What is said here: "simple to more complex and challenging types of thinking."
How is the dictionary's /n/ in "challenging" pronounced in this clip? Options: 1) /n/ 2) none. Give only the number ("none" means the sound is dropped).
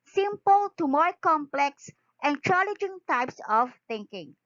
2